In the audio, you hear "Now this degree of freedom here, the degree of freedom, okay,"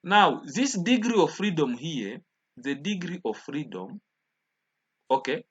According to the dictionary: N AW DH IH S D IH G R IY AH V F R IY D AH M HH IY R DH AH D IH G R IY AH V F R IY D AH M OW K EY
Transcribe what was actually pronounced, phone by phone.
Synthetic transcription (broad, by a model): N AW DH IH S D IH G R IY AH V F R IY D AH M HH IY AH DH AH D IH G R IY AH V F R IY D AH M OW K EY